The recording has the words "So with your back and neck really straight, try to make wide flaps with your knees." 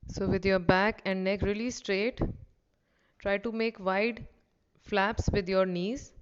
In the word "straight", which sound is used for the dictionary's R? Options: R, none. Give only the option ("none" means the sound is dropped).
R